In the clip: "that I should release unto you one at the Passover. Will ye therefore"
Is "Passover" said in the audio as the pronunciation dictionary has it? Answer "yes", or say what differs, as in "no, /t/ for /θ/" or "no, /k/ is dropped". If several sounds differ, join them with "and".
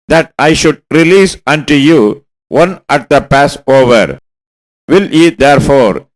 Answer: yes